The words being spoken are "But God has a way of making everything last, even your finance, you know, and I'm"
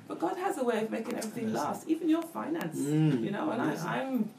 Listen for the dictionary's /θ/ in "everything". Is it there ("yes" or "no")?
yes